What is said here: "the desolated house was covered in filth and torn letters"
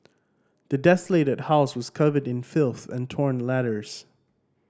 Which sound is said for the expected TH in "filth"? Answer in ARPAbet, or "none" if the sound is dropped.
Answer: TH